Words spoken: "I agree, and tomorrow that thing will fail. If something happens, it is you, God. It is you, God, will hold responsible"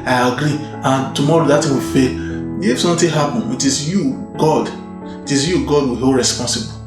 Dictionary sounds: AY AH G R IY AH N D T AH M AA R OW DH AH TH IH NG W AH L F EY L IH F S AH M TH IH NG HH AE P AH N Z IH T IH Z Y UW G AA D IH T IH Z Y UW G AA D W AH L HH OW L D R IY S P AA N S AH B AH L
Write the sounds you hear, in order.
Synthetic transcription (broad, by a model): AY AH G R IY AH N T AH M AA R OW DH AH T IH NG W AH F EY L IH F S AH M T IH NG HH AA P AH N IH T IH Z Y UW G AA D IH T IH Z Y UW G AA D W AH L HH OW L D R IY S P AA N S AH B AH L